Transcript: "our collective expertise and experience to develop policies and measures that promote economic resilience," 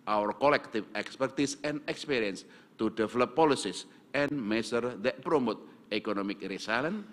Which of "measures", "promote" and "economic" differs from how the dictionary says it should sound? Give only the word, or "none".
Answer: measures